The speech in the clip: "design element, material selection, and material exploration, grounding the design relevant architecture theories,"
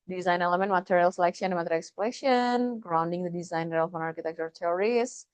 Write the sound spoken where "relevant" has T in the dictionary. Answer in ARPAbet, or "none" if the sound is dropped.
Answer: none